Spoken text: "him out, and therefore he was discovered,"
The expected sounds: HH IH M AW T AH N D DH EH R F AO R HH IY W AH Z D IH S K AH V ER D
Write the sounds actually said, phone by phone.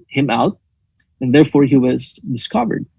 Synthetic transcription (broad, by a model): HH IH M AW T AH N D DH EH R F AO R HH IY W AH Z D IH S K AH V ER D